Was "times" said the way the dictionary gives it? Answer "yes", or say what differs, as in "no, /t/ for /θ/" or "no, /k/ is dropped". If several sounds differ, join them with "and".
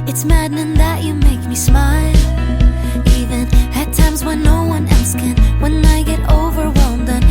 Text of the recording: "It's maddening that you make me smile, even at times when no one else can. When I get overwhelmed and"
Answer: yes